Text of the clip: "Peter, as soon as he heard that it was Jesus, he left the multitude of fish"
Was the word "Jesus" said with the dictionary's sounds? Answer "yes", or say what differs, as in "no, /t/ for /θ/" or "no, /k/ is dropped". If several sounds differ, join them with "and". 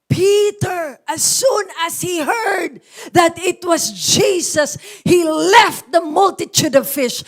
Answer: no, /s/ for /z/